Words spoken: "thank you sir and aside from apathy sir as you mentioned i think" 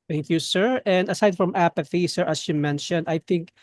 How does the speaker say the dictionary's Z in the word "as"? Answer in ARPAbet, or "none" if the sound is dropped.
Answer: S